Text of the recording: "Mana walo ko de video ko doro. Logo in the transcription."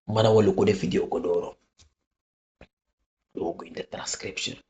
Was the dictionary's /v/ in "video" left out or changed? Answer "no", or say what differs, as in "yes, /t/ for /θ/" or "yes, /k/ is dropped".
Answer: yes, /f/ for /v/